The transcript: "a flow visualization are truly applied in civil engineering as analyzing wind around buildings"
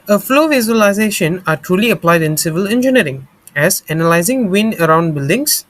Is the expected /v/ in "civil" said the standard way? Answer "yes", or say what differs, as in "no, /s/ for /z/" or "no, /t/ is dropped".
yes